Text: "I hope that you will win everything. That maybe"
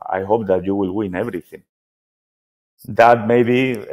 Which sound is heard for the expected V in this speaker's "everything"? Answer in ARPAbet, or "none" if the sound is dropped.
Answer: V